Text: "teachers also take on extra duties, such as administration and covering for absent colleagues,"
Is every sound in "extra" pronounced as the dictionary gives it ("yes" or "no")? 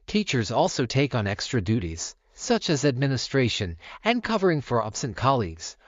yes